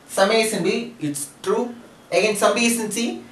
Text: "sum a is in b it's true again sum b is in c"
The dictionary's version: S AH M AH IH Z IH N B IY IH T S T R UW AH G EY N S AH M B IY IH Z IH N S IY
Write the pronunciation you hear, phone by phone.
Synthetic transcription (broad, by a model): S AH M AH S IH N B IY IH T S T R UW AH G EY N S AH M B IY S IH N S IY